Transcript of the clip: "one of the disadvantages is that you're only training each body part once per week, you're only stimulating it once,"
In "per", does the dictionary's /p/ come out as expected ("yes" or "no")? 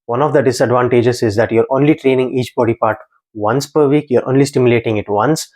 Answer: yes